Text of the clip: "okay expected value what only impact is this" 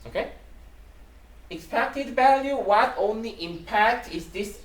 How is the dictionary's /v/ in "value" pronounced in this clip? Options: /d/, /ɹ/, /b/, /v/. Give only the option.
/v/